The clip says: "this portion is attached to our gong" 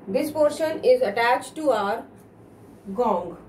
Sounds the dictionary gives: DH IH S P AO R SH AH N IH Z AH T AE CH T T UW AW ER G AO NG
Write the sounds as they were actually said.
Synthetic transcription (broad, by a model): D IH S P AO R SH AH N IH Z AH T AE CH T T UW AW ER G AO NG